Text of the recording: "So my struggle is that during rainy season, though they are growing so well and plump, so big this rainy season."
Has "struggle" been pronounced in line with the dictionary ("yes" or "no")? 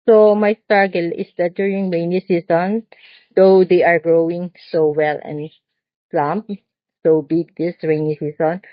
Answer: no